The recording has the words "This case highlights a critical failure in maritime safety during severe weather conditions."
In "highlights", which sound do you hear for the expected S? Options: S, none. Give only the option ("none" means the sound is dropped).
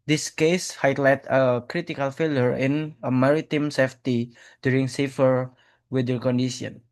none